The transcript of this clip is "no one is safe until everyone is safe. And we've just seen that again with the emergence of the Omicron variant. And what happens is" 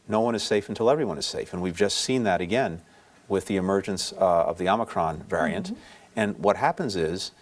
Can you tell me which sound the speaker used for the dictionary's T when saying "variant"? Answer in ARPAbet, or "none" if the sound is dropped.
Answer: T